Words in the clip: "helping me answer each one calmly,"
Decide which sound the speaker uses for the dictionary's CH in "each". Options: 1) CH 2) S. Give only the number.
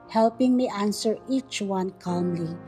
1